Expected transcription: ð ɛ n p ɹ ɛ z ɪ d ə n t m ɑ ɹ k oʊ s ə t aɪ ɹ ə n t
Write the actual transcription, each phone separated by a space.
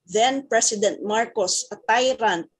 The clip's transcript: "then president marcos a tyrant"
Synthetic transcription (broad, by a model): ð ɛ n p ɹ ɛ s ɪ d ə n t m ɑ ɹ k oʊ s ə t aɪ ɹ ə n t